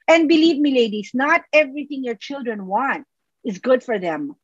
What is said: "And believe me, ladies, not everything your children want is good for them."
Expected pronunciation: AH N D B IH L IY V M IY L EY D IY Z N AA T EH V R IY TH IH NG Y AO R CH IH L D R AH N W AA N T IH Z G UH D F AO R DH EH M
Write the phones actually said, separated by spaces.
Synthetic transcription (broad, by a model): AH N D B IH L IY V M IY L EY D IY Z N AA T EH V R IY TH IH NG Y AO R CH IH L D R AH N W AA N T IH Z G UH D F AO R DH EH M